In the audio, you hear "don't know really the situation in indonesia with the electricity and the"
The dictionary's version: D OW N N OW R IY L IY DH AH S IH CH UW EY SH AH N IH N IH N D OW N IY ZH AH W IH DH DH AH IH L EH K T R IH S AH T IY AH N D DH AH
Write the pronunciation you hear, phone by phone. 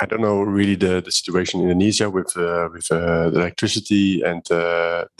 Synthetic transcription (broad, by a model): D OW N N OW R IY L IY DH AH S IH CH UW EY AH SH IH N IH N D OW N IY Z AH W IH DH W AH IH L EH K T R IH S AH T IY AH N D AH